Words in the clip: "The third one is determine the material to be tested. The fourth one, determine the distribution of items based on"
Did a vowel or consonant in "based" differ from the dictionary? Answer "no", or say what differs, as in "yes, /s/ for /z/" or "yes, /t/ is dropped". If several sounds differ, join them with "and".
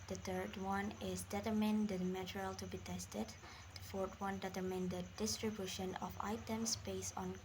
yes, /t/ is dropped